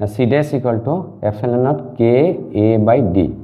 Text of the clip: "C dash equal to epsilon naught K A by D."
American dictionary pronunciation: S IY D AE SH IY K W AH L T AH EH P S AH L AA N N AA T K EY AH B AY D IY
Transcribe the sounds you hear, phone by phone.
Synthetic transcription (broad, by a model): S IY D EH S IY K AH L T AH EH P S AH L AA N N AA T K EY B AY D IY